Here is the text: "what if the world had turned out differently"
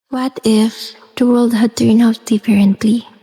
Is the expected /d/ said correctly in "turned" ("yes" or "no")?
no